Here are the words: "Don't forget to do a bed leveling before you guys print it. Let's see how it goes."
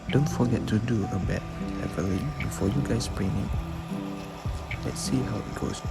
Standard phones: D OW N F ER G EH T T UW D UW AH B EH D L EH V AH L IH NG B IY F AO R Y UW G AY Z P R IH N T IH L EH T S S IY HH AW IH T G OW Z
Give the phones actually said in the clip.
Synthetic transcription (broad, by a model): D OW N F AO G EH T T UW D UW AH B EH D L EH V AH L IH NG B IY F AO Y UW G AY S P R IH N IH L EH T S S IY HH AW IH T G OW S